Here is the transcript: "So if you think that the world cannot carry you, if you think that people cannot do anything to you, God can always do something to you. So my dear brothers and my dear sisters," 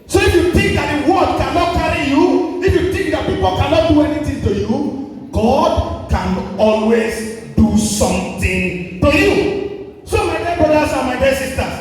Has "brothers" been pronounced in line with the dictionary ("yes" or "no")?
no